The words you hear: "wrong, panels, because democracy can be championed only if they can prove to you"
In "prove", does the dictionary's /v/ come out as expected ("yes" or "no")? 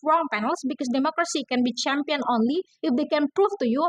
no